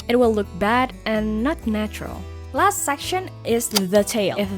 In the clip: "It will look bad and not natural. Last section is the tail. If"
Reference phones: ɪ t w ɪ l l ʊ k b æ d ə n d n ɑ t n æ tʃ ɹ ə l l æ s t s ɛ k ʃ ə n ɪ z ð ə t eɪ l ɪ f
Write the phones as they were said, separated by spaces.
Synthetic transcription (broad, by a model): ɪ t w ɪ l l ʊ k b æ d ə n n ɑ t n æ tʃ ɹ ə l l æ s t s ɛ k ʃ ə n ɪ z ð ə t eɪ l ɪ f